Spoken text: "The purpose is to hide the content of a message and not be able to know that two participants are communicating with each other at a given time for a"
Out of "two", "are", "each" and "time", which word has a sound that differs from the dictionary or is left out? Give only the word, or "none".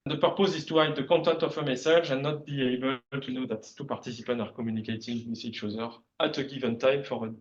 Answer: each